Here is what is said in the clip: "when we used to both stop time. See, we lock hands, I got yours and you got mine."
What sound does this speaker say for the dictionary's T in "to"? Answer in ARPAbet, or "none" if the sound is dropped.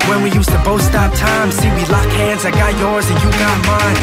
T